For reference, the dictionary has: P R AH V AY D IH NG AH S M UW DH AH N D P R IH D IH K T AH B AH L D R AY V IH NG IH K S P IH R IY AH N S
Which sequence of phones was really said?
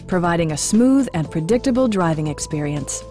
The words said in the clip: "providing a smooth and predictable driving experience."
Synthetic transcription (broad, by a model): P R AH V AY D IH NG AH S M UW DH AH N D P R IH D IH K T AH B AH L D R AY V IH NG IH K S P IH R IY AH N S